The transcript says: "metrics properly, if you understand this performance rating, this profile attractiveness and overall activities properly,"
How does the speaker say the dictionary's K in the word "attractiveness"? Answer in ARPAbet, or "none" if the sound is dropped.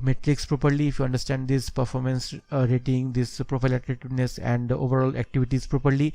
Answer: none